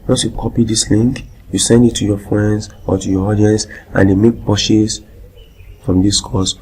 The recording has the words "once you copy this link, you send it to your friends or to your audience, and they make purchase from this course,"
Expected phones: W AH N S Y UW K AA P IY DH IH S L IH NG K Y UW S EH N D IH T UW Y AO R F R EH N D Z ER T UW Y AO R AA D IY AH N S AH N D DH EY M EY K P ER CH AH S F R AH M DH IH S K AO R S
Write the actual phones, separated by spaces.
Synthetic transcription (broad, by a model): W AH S Y UW K AA P IY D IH S L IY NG K Y UW S EH N D IH T UW Y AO F R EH N D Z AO T UW Y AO AA D IY AH N S AH N D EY M EY K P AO SH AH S F R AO M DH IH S K AO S